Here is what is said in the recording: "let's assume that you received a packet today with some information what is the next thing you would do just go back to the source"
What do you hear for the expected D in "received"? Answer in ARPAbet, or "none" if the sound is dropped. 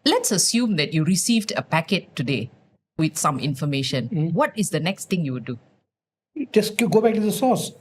D